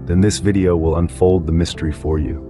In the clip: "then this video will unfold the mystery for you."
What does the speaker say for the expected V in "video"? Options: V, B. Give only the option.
V